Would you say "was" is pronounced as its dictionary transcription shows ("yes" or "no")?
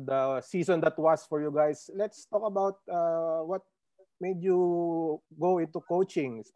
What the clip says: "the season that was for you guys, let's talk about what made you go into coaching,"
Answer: no